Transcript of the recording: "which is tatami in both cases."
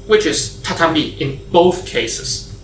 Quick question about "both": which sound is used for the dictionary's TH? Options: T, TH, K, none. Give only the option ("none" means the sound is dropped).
TH